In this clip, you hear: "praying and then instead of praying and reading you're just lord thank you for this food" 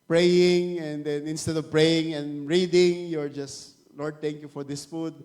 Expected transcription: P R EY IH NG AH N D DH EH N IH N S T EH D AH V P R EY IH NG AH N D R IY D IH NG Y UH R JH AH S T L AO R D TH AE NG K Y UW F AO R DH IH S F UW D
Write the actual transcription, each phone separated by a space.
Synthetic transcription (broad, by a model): P R EY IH NG AH N D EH N IH N S T EH D AH V P R EY IH NG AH N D R IY D IH NG Y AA R JH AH S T L AO R D T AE NG K Y UW F AO R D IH S F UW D